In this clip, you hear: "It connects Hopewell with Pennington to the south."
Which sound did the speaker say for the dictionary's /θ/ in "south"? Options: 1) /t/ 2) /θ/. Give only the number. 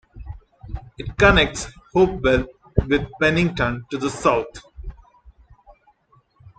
1